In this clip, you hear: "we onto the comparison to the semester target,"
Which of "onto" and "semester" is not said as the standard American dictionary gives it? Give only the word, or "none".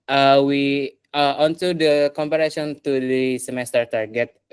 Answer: onto